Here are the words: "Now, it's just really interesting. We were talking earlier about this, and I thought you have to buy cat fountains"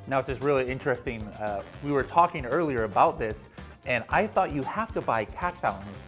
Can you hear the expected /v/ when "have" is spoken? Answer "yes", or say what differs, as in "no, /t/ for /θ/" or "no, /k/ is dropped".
no, /f/ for /v/